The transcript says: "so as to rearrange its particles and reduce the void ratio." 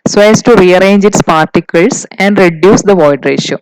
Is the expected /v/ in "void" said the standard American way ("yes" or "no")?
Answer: yes